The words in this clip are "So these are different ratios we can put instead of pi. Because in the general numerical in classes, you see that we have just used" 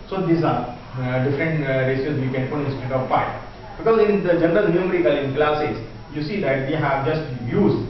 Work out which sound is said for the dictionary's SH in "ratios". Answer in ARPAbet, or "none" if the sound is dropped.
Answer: S